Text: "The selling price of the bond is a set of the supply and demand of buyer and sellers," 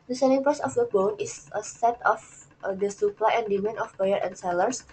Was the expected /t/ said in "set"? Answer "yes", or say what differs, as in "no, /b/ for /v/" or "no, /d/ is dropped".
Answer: yes